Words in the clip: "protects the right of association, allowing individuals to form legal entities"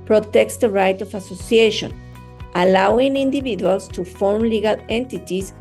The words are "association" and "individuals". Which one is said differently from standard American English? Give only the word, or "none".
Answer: individuals